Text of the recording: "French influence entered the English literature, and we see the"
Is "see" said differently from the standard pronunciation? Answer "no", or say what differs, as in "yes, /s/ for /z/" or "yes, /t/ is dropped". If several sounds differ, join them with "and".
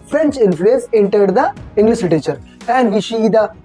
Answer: yes, /ʃ/ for /s/